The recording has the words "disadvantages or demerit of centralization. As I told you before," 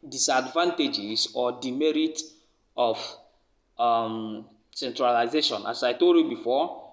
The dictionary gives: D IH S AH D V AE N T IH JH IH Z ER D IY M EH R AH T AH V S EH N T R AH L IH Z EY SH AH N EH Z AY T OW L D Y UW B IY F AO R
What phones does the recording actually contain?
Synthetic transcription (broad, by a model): D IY S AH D V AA N T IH JH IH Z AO D IY M EH R AH T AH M S EH N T R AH L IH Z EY SH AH N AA S AY T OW D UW B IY F AO